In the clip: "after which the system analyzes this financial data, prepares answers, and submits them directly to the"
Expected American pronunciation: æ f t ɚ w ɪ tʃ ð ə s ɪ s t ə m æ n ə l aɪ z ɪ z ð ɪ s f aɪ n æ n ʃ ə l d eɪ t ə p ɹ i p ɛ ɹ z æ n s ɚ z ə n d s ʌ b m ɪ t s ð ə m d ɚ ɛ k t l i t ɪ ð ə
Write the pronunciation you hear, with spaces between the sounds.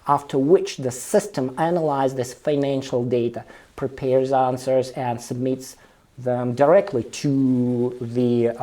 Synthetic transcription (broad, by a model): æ f t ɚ w ɪ tʃ ð ə s ɪ s t ə m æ n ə l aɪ ɪ z ð ɪ s f aɪ n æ n ʃ l d eɪ t ə p ɹ i p ɛ ɹ z æ n s ɚ z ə n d s ʌ b m ɪ t s ð ə m d ɚ ɛ k t l i t ɪ ð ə